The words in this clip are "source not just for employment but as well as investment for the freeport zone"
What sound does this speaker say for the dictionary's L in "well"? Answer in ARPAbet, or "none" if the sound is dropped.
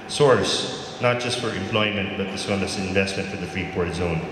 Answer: N